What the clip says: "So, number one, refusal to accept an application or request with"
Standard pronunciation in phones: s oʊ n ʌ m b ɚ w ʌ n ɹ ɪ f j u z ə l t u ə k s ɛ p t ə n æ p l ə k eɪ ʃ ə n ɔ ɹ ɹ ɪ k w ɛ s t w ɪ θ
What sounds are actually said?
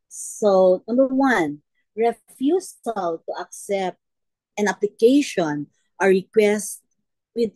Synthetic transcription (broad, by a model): s oʊ n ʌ m b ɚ w ʌ n ɹ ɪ f j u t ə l t u ə k s ɛ p t ə n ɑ p l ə k eɪ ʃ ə n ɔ ɹ ɹ ɪ k w ɛ s t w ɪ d